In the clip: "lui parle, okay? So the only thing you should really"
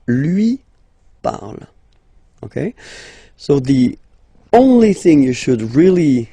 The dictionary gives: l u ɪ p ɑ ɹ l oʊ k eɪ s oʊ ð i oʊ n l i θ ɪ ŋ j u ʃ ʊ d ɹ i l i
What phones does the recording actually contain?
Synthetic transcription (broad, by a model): l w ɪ p ɑ ɹ l oʊ k eɪ s oʊ ð i oʊ n l i θ ɪ ŋ j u ʃ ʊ d ɹ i l i